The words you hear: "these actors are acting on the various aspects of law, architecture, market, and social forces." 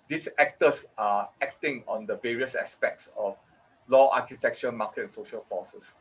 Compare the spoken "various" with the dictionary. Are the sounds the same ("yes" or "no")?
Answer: yes